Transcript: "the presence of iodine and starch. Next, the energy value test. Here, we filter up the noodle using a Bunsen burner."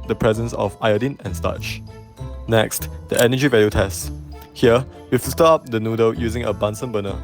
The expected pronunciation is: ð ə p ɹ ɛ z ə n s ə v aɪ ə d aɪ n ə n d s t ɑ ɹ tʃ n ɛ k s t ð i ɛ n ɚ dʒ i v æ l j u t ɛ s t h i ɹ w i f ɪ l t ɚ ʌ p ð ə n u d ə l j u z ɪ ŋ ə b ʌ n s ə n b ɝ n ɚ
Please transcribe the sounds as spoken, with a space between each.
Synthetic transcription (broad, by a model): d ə p ɹ ɛ z ə n s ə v aɪ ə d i n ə n s t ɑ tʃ n ɛ k s t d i ɛ n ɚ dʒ i v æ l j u t ɛ s t h i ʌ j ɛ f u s t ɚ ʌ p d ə n u d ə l j u z ɪ ŋ ə b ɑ n s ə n b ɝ n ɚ